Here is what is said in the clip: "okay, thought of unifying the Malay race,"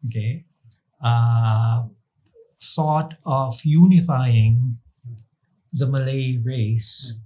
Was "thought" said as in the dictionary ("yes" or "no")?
no